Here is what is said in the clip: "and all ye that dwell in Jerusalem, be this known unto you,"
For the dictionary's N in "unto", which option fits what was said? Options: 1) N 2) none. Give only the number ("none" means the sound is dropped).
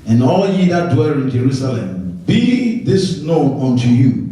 1